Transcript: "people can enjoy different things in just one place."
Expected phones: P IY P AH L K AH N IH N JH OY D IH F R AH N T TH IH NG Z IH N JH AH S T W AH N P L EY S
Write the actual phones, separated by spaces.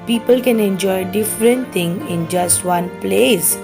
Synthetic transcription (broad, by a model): P IY P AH L K AH N IH N JH OY D IH F R AH N T T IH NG IH N JH AH S T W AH N P L EY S